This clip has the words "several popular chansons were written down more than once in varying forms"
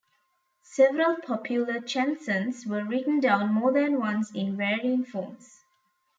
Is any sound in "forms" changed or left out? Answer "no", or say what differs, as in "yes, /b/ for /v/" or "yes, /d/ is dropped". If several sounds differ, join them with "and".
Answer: yes, /s/ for /z/